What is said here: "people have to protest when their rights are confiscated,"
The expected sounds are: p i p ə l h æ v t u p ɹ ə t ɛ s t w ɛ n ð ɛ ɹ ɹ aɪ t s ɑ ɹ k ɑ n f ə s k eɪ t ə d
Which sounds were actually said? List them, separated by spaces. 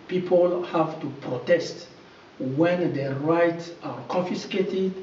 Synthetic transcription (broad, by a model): p i p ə l h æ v t u p ɹ ə t ɛ s t w ɛ n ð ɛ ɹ ɹ aɪ t s ɑ ɹ k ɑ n f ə s k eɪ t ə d